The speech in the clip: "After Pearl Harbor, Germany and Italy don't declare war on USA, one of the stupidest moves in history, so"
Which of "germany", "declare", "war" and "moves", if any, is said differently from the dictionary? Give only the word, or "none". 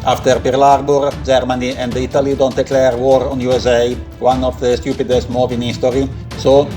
moves